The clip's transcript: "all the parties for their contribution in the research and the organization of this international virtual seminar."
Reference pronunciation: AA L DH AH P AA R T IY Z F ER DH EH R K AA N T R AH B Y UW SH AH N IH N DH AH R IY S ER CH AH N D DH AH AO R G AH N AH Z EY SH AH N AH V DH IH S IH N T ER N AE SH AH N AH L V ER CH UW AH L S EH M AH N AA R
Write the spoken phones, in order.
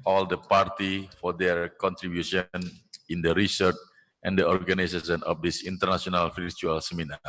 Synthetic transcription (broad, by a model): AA L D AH P AA R T IY F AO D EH R K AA N T R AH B Y UW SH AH N IH N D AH R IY S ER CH AH N D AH AO R G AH N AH S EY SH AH N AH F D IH S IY N T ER N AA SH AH N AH L F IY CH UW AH L S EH M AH N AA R